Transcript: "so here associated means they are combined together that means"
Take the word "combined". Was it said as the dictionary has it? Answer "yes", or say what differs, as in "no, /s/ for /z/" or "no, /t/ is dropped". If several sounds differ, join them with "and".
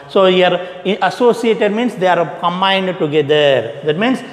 yes